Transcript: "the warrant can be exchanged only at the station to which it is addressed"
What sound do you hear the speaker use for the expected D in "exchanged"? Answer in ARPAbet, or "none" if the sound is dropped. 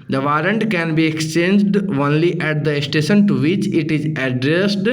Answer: D